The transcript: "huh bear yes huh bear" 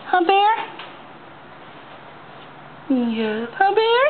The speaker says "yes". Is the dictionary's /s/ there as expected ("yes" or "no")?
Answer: no